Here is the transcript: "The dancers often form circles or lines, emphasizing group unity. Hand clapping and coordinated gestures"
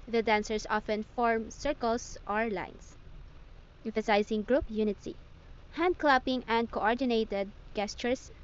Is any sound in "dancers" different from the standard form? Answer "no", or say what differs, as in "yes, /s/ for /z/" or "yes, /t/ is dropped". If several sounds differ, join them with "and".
yes, /s/ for /z/